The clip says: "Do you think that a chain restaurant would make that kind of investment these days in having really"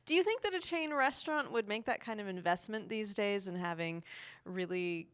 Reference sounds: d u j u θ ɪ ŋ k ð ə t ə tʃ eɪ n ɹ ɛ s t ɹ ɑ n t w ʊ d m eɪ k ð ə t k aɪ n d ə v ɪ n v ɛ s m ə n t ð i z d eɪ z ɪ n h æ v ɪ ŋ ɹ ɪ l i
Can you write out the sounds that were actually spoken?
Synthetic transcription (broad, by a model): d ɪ j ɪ θ ɪ ŋ k ð ə t ə tʃ eɪ n ɹ ɛ s t ɹ ɑ n t w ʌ d m eɪ k ð ə t k aɪ n d ə v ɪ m v ɛ s m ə n ð i z d eɪ z ɪ n h æ v ɪ ŋ ɹ ɪ l i